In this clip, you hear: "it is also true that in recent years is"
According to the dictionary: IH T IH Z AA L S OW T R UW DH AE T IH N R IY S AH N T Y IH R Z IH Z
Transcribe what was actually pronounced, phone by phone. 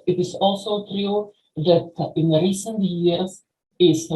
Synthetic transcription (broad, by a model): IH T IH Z AA L S OW T R UW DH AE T IH N R IY S AH N T Y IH R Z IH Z